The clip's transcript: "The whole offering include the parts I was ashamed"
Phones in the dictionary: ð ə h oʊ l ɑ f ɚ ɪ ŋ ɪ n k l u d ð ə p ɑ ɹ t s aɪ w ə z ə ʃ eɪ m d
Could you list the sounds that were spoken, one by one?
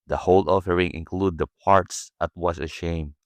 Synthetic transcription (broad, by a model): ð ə h oʊ l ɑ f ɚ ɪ ŋ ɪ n k l u d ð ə p ɑ ɹ t s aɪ w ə s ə ʃ eɪ m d